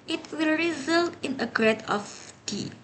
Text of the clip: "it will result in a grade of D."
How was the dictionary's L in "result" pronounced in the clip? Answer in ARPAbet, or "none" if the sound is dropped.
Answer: L